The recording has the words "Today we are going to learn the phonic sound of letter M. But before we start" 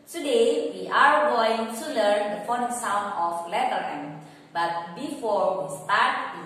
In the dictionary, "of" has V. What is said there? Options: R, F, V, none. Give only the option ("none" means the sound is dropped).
F